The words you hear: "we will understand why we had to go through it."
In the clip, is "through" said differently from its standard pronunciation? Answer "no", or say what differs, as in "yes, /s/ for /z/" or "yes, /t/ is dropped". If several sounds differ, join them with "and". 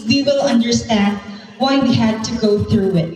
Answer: no